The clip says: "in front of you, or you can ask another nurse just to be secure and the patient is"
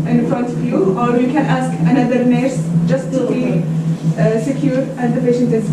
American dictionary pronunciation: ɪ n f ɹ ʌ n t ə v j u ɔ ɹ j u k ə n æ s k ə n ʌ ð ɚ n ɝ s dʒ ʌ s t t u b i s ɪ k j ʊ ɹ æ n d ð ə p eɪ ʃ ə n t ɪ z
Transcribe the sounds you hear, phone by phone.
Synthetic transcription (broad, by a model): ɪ n f ɹ ʌ n t ə v j u ɔ ɹ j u k ə n æ s k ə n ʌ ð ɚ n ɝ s dʒ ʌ s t t u b i s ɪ k j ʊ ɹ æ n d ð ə p eɪ ʃ ə n t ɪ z